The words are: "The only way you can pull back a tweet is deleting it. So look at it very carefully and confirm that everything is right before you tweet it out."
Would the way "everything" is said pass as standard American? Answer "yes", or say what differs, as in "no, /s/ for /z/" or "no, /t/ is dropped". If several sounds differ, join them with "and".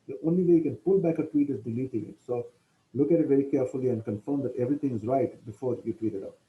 no, /t/ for /θ/